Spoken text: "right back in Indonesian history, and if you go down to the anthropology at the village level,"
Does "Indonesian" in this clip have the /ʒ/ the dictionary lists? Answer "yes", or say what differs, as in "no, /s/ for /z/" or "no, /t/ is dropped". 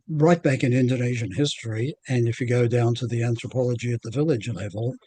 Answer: yes